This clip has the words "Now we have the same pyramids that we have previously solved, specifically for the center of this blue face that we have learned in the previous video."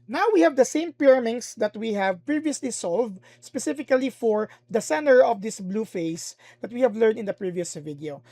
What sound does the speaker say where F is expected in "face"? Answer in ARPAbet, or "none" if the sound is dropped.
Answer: F